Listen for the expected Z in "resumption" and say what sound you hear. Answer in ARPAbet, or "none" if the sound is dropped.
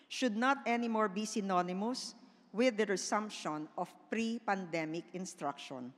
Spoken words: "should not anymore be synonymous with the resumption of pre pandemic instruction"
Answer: S